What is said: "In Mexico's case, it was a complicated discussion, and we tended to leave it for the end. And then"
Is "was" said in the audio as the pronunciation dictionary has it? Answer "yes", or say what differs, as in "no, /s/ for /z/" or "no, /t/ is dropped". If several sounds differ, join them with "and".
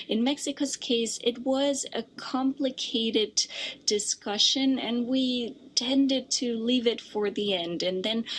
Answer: yes